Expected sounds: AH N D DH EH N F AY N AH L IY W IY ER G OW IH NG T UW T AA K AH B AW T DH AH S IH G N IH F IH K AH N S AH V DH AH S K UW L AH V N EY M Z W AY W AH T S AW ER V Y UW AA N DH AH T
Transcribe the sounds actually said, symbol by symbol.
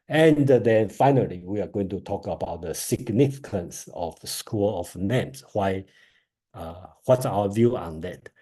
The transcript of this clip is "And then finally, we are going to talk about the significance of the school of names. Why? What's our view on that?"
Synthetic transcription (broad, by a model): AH N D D EH N F AY N AH L IY W IY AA G OW IH NG T UW T AA K AH B AW T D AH S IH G N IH F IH K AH N S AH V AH S K UW L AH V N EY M S W AY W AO T S AW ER V Y UW AA N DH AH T